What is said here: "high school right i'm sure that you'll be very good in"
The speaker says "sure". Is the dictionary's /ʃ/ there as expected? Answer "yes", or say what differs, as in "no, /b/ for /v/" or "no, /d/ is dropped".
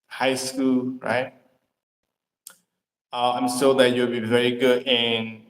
no, /s/ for /ʃ/